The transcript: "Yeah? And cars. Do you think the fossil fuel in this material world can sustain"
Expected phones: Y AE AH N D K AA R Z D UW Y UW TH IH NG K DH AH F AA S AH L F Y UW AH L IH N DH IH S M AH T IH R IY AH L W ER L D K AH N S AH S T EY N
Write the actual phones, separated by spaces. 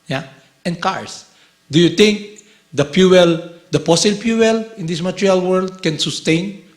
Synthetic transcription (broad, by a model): Y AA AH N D K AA R S D UW Y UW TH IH NG K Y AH P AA S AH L P Y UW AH L IH N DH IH S M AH T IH R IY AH L W ER L D K AH N S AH S T EY N